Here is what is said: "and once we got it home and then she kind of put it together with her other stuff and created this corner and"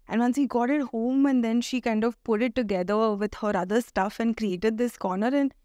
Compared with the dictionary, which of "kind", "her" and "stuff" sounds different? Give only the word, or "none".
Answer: none